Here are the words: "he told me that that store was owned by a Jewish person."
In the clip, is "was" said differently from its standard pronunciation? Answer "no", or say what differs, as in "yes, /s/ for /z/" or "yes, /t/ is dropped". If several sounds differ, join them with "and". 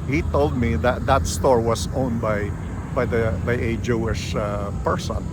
yes, /s/ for /z/